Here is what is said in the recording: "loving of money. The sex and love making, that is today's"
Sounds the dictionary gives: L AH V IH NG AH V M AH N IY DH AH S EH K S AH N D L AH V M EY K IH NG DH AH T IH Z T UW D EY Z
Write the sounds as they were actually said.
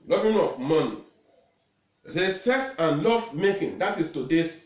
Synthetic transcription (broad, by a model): L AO V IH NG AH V M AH N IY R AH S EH S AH N L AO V M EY K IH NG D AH T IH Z T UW D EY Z